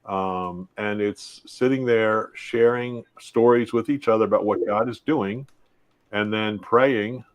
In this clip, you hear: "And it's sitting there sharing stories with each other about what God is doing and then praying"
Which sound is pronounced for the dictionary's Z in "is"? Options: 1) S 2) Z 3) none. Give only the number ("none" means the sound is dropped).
2